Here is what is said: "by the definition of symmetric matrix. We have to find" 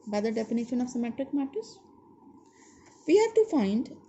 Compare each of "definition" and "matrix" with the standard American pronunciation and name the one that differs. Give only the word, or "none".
matrix